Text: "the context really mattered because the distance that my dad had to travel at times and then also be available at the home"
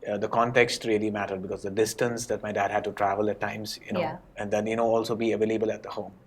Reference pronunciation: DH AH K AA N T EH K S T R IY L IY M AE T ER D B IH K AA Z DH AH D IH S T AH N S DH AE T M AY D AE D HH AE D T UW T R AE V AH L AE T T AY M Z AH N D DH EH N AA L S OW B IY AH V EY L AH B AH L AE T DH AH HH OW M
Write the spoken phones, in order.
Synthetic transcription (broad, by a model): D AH K AA N T EH K S T R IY L IY M AE T ER D B IH K AA Z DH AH D IH S T AH N S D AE T M AY D AE D HH AE D T UW T R AE V AH L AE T T AY M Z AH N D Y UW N AA L S OW B IY AH V EY L AH B AH L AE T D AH HH OW M